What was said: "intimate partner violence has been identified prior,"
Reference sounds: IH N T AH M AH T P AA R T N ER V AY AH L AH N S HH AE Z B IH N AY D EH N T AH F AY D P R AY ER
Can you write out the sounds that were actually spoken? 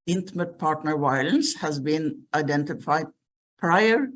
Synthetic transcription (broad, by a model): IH N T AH M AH T P AA R T N ER V AY AH L AH N S HH AE Z B IH N AY D EH N T AH F AY D P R AY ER